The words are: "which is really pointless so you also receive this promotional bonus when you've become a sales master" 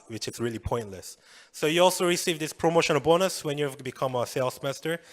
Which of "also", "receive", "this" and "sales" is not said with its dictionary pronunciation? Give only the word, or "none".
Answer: sales